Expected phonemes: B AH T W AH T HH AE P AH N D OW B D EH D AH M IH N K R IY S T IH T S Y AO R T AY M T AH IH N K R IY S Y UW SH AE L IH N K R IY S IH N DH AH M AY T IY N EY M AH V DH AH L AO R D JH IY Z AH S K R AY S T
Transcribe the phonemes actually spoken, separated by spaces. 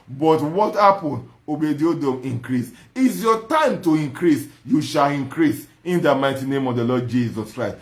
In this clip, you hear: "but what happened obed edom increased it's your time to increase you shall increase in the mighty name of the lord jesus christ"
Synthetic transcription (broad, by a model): B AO T W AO T HH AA P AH N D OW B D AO D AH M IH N K R IY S IH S Y AO T AY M T AH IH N K R IY S Y UW SH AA L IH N K R IY S IH N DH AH M AY T IY N EY M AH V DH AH L AO D JH IY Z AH S K R AY S T